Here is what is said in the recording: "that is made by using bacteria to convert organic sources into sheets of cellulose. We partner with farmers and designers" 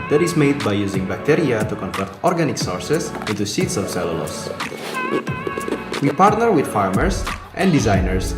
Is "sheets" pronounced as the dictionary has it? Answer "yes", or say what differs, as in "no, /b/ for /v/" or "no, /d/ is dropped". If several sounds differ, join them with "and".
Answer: no, /s/ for /ʃ/